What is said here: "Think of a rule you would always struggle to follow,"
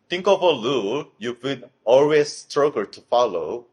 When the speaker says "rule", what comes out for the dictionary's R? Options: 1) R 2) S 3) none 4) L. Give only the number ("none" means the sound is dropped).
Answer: 4